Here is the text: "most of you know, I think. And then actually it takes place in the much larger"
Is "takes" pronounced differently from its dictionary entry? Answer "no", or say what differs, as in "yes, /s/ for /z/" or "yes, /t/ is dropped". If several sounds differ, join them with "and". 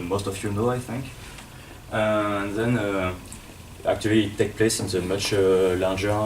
yes, /s/ is dropped